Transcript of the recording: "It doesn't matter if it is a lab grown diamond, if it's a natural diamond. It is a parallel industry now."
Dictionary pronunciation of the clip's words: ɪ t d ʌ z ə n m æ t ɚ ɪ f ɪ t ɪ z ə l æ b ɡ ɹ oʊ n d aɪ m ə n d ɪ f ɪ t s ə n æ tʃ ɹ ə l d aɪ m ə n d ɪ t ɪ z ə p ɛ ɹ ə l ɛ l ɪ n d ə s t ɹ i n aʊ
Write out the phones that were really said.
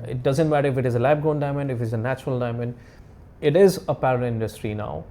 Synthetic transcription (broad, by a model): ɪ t d ʌ z ə n m æ t ɚ ɪ f ɪ t ɪ z ə l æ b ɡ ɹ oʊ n d aɪ m ə n d ɪ f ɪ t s ə n æ tʃ ɹ ə l d aɪ m ə n d ɪ t ɪ z ə p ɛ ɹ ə ɪ n d ə s t ɹ i n aʊ